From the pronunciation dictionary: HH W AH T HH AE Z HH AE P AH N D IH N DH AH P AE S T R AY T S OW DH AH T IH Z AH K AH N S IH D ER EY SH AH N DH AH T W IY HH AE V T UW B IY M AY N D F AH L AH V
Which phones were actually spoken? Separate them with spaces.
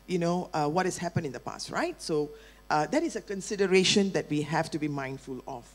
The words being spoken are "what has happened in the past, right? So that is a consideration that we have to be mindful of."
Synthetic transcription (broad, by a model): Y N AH T HH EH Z HH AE P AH N IH N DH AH P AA S T R AY T S OW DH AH T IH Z AH K AH N S IH D ER EY SH AH N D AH T W IY HH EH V T UW B IY M AY N D F AH L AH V